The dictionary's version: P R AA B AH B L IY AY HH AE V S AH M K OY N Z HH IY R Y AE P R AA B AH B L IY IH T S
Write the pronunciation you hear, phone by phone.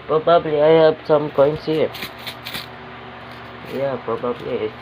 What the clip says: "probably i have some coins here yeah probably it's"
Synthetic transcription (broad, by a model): P R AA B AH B L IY AY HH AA B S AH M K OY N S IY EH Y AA P R AA B AH B L IY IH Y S